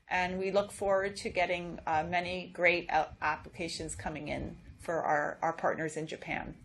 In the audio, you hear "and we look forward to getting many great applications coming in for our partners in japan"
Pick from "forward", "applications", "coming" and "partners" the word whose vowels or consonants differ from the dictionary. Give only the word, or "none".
none